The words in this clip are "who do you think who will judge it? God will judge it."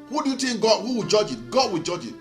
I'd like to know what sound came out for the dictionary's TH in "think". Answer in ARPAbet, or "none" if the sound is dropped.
T